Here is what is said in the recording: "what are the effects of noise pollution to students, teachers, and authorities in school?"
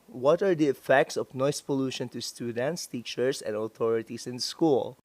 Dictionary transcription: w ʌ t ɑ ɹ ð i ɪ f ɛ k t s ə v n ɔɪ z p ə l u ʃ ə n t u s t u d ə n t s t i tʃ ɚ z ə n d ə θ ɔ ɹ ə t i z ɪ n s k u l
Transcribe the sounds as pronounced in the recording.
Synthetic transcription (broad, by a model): w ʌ t ɑ ɹ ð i ɪ f ɛ k t s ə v n ɔɪ s p ə l u ʃ ə n t u s t u d ə n t s t i tʃ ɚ s ə n d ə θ ɔ ɹ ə t i s ɪ n s k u l